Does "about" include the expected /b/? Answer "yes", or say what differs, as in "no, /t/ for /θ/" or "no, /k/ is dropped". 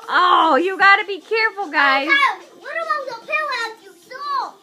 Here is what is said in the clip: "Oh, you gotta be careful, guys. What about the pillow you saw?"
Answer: no, /b/ is dropped